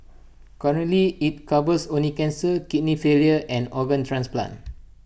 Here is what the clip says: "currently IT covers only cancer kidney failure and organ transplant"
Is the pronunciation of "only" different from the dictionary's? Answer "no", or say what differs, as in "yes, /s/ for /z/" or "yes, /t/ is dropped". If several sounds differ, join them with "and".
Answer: yes, /l/ is dropped